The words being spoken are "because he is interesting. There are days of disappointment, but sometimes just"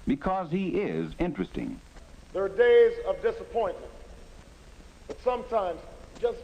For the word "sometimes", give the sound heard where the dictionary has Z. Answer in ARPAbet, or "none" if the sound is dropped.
Z